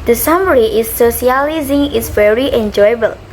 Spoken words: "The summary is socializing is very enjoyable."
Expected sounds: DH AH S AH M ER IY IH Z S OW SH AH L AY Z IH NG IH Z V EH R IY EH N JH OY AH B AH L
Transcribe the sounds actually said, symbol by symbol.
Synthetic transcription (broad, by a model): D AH S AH M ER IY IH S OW S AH L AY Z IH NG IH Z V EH R IY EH N JH OY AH B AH L